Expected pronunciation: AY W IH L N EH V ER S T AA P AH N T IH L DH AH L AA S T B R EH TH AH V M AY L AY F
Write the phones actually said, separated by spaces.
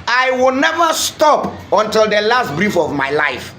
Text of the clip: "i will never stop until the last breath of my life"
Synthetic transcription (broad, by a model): AY W IH L N EH V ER S T AA P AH N T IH L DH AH L AA S T B R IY F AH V M AY L AY F